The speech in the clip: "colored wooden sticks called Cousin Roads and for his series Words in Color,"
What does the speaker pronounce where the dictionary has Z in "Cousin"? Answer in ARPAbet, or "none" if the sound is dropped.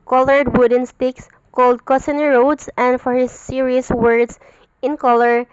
S